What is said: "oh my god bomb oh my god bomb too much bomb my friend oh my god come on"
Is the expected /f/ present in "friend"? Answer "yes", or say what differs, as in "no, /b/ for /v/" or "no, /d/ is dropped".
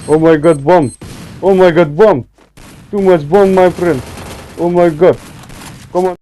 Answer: no, /p/ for /f/